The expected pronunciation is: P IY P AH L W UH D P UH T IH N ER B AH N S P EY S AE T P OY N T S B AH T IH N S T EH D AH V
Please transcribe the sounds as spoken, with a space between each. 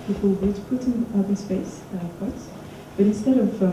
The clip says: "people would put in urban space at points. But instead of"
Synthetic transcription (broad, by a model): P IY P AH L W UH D P UH T IH N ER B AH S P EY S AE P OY T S B AH T IH N S T EH D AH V